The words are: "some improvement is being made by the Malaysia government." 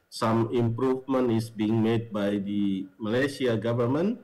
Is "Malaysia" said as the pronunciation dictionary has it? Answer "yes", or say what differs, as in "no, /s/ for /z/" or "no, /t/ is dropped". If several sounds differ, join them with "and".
no, /s/ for /ʒ/